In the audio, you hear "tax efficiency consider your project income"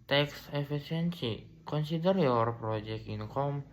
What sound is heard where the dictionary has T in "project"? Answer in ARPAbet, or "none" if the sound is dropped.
none